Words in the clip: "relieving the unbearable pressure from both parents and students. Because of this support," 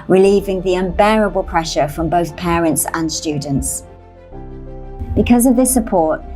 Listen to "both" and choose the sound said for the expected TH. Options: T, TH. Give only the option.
TH